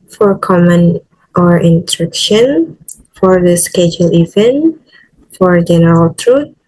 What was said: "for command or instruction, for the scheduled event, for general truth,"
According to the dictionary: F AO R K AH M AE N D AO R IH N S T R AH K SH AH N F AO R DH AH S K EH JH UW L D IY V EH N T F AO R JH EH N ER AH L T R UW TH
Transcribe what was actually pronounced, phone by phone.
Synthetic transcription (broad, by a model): F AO R K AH M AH N AO R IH N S T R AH K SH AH N F AO R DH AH S K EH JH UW L IY V EH N T F AO R JH EH N ER AH L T R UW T